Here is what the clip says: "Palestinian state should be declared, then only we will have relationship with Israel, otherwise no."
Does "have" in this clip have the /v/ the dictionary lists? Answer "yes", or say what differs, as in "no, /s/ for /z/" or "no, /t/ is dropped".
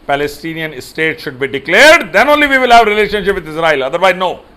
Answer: yes